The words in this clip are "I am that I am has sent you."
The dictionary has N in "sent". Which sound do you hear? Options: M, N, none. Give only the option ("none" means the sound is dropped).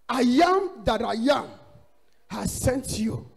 N